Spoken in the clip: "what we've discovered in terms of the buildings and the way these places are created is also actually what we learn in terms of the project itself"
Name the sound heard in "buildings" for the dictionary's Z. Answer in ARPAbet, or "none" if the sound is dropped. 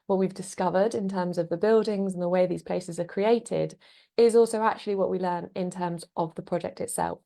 Z